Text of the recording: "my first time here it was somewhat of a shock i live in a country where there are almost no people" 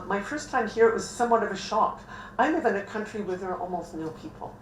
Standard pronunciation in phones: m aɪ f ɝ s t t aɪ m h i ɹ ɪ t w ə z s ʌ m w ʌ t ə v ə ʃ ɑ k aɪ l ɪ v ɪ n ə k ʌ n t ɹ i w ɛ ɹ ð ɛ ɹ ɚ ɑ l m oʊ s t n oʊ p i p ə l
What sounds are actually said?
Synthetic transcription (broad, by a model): m aɪ f ɝ s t t aɪ m h i ɹ ɪ t w ə z s ʌ m w ʌ t ə v ə ʃ ɑ k aɪ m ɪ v ɪ n ə k ʌ n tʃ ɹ i w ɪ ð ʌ ɹ ɑ l m oʊ s t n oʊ p i p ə l